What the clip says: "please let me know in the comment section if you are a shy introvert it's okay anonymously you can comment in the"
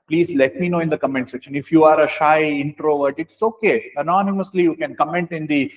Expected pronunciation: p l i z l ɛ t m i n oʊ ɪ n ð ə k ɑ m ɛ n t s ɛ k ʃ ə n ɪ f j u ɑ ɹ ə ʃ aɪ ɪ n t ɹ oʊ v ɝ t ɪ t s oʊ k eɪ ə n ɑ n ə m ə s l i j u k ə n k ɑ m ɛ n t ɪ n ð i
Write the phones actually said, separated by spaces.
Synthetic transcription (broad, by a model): p l i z l ɛ t m i n oʊ ɪ n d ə k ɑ m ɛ n t s ɛ k ʃ ə n ɪ f j u ɑ ɹ ə ʃ aɪ ɪ n t ɹ oʊ v ɝ t ɪ t s oʊ k eɪ ə n ɑ n ə m ə s l i j u k ə n k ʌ m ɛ n t ɪ n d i